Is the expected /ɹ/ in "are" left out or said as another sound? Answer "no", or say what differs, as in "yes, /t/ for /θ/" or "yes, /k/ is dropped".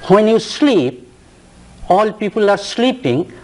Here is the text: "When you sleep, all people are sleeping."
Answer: no